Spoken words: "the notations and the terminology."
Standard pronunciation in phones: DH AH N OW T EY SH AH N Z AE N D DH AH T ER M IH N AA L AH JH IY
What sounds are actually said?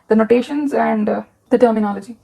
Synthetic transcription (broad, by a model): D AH N OW T EY SH AH N Z AE N D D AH T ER M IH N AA L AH JH IY